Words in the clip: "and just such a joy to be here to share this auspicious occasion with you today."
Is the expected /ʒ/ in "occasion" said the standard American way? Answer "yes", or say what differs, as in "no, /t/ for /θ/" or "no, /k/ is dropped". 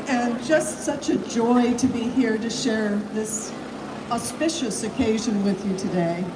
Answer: yes